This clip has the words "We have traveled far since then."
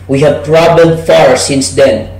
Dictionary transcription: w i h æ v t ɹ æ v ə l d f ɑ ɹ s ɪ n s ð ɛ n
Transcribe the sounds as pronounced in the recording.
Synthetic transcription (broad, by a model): w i h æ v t ɹ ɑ b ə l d f ɑ ɹ s ɪ n s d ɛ n